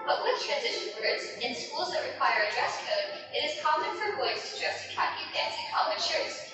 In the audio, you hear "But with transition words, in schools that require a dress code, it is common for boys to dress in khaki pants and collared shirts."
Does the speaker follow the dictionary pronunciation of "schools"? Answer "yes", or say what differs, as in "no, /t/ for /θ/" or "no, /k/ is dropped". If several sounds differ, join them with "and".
yes